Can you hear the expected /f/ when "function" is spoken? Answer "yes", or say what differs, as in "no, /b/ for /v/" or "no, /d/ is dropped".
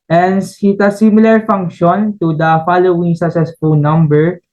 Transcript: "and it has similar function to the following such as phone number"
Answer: yes